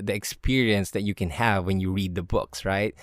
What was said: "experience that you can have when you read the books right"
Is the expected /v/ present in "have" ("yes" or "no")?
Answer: yes